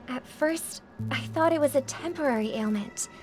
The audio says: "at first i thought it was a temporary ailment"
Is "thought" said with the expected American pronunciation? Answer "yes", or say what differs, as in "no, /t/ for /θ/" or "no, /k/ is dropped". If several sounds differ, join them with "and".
yes